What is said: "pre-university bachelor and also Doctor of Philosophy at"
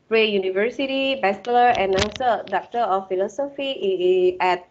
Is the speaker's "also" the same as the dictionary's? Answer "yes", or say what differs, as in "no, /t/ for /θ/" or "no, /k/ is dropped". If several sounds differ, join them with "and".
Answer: no, /w/ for /l/